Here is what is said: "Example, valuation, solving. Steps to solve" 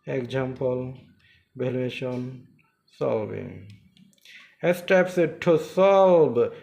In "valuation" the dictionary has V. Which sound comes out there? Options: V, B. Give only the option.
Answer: B